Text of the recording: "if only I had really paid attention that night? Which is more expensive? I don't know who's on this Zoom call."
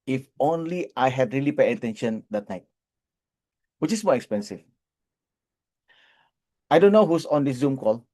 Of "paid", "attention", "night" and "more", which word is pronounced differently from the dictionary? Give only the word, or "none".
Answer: paid